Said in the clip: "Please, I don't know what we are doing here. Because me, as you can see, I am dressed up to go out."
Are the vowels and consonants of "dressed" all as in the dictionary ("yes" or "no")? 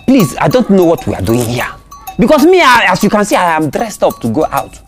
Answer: yes